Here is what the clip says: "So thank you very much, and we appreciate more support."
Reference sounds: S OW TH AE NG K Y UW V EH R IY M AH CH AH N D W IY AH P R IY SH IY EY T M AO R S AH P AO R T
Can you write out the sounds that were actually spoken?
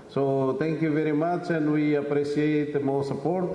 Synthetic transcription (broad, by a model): S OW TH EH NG K Y UW V EH R IY M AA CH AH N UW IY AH P R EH S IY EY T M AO W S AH P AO R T